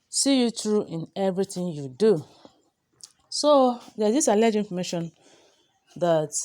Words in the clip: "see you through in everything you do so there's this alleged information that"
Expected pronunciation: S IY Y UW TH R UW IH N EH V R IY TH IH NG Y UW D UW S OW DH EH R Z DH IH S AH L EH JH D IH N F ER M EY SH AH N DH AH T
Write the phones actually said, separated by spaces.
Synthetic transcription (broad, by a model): S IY Y UW T R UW IH N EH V R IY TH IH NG Y UW D UW S OW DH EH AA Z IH S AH L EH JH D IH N F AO M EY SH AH N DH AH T